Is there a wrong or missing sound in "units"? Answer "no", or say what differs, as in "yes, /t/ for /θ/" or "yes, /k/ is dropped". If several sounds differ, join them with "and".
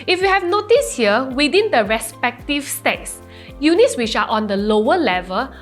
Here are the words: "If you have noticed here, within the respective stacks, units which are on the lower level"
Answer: no